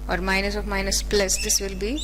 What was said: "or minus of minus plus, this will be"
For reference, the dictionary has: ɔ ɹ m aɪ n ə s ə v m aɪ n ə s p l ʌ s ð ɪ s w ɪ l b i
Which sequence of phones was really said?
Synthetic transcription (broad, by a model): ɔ ɹ m aɪ n ə s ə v m aɪ n ə s p l ʌ s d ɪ s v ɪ l b i